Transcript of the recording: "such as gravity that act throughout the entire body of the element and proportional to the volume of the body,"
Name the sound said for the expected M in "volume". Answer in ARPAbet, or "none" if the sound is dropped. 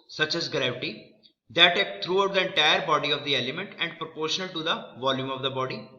M